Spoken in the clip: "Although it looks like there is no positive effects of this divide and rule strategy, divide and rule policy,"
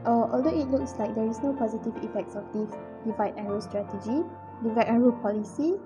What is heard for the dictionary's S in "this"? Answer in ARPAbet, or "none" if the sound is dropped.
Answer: none